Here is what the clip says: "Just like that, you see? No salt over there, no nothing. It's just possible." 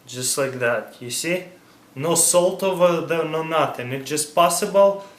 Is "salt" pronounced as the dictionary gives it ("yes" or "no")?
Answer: yes